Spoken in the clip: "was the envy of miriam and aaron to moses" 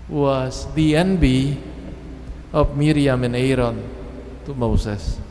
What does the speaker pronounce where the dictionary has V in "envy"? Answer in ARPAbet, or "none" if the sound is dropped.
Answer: B